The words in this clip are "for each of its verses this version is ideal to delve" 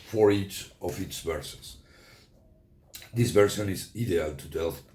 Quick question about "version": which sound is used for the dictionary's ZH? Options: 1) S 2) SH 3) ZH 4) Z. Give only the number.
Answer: 1